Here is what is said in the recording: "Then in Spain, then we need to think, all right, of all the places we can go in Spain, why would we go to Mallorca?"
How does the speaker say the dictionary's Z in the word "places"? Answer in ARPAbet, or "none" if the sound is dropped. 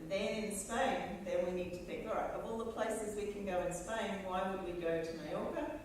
Z